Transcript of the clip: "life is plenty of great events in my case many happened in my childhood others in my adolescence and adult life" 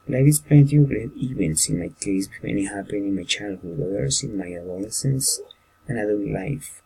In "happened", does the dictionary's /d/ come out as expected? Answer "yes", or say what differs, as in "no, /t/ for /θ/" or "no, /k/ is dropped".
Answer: no, /d/ is dropped